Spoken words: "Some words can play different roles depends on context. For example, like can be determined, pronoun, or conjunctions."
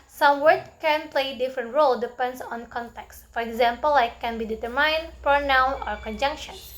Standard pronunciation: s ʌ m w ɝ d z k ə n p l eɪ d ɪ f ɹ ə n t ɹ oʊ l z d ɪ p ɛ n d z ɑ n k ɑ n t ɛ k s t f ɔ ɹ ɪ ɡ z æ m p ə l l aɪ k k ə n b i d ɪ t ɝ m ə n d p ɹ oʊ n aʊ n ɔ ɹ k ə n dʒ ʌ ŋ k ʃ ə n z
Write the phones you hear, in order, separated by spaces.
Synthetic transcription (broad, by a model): s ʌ m w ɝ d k k ə n p l eɪ d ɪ f ɹ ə n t ɹ oʊ l d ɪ p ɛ n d s ɑ n k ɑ n t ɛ k s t f ɔ ɹ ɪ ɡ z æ m p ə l l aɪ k k ə n b i d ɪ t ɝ m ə n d p ɹ oʊ n aʊ n ɔ ɹ k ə n dʒ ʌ ŋ k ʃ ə n